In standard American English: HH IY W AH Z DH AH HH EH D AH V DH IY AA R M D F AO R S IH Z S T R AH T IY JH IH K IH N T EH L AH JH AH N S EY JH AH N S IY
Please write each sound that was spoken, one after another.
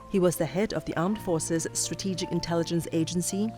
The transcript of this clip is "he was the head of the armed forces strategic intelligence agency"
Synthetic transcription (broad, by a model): HH IY W AH Z DH AH HH EH D AH V DH IY AA R M D F AO R S IH Z S T R AH T IY JH IH K IH N T EH L AH JH AH N S EY JH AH N S IY